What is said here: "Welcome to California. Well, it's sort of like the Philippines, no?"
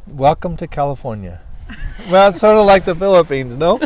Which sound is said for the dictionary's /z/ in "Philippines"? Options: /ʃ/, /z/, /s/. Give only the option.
/z/